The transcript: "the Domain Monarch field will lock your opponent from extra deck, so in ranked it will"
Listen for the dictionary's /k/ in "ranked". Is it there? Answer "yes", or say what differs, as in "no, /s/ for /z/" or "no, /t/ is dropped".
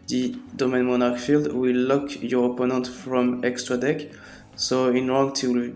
no, /k/ is dropped